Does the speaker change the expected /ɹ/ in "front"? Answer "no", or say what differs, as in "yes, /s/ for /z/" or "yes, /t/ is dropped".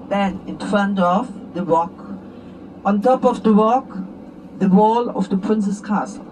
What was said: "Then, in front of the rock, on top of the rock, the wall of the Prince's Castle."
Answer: yes, /ɹ/ is dropped